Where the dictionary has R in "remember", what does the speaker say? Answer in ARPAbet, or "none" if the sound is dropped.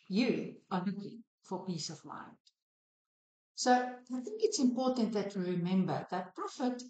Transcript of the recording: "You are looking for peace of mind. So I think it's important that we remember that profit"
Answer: R